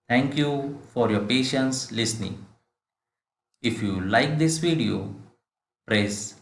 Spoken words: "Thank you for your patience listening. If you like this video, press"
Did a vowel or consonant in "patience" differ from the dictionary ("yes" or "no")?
no